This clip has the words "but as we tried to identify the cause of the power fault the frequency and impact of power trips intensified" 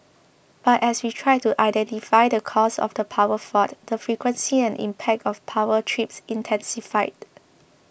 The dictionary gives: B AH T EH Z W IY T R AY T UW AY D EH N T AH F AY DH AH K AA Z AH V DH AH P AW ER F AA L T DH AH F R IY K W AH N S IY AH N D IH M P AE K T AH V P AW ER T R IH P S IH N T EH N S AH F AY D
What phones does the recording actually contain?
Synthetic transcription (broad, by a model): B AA T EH S W IY T R AY T UW AY D EH N T AH F AY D AH K AA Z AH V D AH P AW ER F AA T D AH F R IY K W AH N S IY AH N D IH M P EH K T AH F P AW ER T R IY P S IH N T EH N S AH F AY D